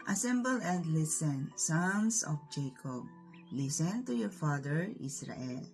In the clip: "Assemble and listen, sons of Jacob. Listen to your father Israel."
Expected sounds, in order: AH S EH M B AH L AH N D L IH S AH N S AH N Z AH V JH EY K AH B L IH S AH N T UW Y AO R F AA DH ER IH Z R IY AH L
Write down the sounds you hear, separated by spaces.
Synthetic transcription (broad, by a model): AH S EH M B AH L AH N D L IH S AH N S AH N S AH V JH EY K AH B L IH S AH N T UW Y AO R F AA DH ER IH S R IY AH L